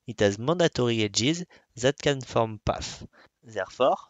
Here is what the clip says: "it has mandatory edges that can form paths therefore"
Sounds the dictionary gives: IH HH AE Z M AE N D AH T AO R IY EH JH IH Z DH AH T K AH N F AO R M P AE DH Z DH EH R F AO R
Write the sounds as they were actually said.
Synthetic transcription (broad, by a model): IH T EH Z M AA D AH T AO R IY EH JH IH Z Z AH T K AH N F AO R M P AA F Z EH R F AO R